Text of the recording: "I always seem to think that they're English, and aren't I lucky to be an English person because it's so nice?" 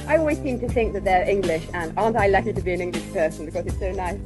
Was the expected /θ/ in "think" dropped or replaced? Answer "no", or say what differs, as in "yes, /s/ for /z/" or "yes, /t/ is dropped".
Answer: no